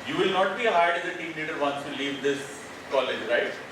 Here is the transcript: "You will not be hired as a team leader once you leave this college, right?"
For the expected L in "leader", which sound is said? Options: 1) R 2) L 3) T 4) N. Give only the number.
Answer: 4